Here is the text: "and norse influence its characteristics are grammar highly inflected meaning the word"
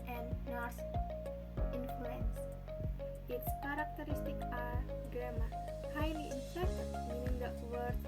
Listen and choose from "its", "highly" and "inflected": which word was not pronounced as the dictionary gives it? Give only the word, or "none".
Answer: inflected